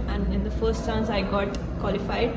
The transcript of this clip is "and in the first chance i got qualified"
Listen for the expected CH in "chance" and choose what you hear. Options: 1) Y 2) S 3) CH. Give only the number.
2